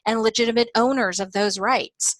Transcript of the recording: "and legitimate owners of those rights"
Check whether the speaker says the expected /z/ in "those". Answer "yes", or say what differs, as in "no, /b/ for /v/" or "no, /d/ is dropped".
yes